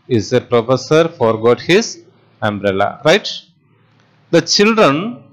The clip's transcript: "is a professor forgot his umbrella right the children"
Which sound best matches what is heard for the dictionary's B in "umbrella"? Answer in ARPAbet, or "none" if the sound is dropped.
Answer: B